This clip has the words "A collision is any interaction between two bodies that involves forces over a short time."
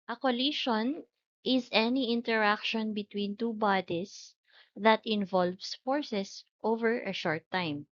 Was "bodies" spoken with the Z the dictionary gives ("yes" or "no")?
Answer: no